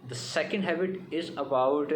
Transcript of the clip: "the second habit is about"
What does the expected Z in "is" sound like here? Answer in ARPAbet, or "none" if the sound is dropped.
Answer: Z